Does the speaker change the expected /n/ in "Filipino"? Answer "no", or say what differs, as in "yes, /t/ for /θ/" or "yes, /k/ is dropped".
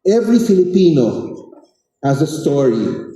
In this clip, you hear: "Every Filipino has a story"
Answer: no